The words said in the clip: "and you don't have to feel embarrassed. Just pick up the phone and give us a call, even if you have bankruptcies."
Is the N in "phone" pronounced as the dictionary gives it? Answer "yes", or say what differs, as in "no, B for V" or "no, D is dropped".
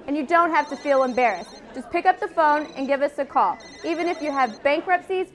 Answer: yes